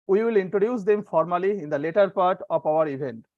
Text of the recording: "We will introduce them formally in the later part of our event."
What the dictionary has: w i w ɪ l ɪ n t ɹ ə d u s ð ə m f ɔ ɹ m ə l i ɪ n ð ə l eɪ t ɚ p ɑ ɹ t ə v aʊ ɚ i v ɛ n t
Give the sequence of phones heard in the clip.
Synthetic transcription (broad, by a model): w i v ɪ l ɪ n t ɹ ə d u s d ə m f ɔ ɹ m ə l i ɪ n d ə l eɪ t ɚ p ɑ ɹ t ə p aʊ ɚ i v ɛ n t